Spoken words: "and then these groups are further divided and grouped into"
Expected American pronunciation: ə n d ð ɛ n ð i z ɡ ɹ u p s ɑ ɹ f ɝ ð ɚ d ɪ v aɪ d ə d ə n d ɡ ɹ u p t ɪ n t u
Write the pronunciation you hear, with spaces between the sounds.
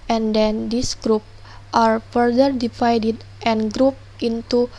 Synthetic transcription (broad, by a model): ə n d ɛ n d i s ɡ ɹ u p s ɑ ɹ f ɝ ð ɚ d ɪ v aɪ d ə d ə n ɡ ɹ u p t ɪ n t u